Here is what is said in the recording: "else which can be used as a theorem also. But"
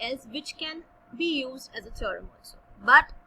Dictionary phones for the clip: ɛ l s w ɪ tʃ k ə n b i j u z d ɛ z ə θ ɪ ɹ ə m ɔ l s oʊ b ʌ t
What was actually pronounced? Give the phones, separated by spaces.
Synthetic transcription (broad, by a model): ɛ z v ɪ tʃ k ə n b i j u z d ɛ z ə t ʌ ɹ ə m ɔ n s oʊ b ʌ t